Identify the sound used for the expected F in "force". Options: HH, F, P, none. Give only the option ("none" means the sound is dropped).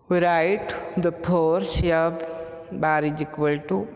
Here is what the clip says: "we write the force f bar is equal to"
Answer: P